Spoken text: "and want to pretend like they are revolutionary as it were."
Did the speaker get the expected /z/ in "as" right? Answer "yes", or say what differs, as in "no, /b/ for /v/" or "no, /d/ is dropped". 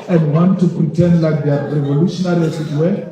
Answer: no, /s/ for /z/